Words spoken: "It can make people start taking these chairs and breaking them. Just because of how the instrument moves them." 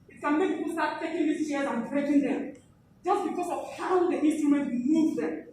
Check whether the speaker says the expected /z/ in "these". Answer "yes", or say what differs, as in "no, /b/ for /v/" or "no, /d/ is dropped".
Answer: no, /s/ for /z/